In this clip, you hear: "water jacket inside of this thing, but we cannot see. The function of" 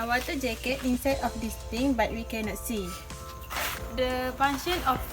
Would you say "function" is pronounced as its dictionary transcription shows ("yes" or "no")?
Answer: no